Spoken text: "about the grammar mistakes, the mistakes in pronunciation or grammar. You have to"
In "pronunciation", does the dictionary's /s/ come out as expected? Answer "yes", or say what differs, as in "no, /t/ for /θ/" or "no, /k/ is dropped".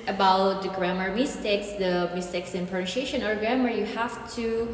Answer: no, /ʃ/ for /s/